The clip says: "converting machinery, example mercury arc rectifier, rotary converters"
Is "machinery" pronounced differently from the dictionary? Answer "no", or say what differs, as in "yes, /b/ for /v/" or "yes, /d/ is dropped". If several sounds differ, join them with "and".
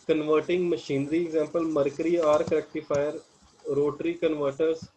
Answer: no